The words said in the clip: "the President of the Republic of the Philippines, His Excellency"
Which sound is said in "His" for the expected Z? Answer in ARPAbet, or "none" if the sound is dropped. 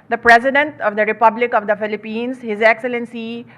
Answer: Z